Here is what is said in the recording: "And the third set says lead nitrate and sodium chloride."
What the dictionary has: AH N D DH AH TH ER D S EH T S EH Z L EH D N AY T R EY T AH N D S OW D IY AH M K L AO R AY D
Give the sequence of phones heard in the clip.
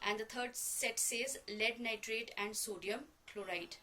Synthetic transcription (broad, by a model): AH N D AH T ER D S EH T S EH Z L EH D N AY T R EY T AH N D S OW D IY AH M K L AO R AY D